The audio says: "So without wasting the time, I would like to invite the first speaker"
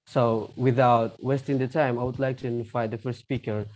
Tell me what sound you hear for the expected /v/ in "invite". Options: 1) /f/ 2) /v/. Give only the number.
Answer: 1